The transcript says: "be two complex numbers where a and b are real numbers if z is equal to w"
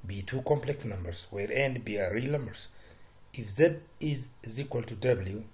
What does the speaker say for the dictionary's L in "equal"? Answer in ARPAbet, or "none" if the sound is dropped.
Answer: L